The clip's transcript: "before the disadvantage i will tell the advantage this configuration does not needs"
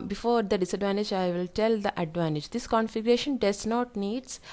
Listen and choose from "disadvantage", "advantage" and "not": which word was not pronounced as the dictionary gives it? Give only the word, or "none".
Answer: none